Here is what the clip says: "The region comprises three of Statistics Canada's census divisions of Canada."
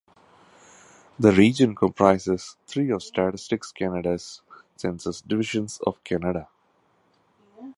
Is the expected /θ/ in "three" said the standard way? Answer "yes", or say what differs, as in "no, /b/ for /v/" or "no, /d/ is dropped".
no, /t/ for /θ/